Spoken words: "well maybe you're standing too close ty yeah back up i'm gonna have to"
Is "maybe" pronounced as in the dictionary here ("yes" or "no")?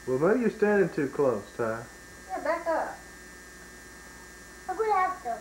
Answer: no